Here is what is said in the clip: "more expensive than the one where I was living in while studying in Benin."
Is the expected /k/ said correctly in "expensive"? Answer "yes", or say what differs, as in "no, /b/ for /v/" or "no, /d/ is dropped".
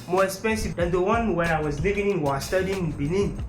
no, /k/ is dropped